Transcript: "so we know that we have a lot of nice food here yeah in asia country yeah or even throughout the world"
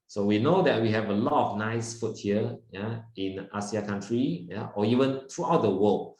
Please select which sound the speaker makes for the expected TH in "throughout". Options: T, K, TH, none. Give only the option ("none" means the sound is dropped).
T